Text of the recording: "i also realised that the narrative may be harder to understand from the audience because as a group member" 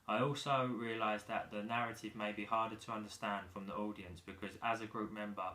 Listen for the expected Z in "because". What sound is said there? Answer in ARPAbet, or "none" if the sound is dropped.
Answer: Z